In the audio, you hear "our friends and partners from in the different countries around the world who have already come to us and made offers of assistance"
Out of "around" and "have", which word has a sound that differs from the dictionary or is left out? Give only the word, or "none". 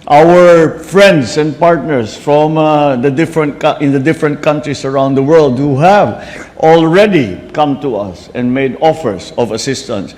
none